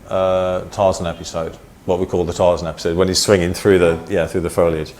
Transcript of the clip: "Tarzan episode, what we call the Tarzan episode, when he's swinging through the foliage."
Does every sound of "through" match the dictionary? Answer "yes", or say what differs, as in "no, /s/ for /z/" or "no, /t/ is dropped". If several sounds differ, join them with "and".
yes